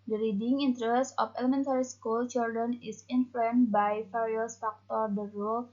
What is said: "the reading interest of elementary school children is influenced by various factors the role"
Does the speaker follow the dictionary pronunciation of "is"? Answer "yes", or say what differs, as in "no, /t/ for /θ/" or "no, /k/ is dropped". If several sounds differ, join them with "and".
no, /s/ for /z/